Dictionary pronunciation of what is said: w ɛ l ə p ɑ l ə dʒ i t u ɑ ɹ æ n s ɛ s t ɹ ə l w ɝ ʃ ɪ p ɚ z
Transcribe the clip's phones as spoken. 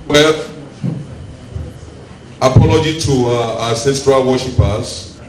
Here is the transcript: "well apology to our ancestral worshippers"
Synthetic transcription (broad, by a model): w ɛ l ə p ɑ l ə dʒ i t u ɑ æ s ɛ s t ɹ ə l w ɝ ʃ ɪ p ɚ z